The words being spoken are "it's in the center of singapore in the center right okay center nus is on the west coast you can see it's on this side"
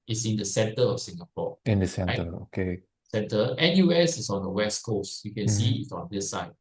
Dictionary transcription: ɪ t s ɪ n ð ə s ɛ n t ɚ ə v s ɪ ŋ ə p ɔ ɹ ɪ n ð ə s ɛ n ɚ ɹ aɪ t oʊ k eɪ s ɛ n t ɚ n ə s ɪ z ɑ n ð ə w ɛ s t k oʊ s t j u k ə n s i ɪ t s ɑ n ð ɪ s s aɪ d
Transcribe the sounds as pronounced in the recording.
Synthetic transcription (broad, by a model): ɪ t s ɪ n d ə s ɛ n t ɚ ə f s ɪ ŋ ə p ɔ ɪ n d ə s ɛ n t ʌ oʊ k eɪ s ɛ n t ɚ n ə s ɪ s ɑ n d ə w ɛ s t k oʊ s t j u k ə n s i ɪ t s ɑ n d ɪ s s aɪ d